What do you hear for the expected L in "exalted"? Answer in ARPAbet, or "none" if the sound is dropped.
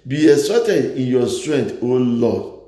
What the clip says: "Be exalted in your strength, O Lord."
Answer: none